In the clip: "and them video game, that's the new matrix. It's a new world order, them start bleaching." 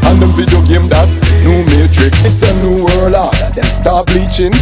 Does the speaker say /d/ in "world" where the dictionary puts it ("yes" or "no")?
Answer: no